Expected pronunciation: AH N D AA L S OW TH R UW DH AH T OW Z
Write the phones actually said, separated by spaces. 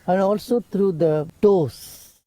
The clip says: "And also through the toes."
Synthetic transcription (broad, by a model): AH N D AA L S OW T R UW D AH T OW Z